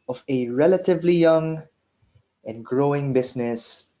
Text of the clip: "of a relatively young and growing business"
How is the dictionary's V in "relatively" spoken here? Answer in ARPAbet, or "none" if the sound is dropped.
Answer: V